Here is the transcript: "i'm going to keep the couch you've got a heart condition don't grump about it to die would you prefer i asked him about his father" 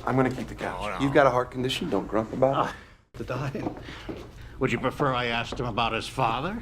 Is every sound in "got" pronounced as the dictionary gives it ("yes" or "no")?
yes